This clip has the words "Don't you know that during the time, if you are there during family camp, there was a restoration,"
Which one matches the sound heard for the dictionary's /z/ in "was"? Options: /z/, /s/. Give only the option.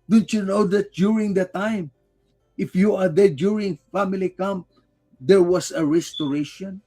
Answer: /s/